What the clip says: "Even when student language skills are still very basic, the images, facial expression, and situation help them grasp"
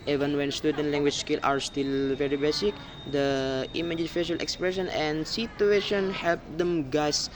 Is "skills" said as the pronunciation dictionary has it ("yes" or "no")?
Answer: no